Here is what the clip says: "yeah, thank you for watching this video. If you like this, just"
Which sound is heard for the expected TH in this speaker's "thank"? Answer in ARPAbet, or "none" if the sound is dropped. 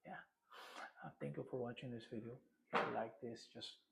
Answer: T